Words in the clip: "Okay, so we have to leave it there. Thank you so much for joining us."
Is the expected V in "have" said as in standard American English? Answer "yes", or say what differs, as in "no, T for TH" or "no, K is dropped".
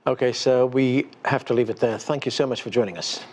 no, F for V